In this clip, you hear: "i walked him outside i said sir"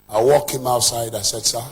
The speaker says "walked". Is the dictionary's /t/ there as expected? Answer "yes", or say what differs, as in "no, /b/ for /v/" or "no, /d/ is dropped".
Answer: no, /t/ is dropped